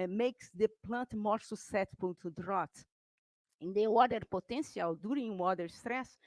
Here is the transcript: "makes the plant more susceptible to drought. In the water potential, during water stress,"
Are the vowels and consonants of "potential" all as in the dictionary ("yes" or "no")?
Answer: no